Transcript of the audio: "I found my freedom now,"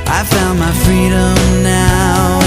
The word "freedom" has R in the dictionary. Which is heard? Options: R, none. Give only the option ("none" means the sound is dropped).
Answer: R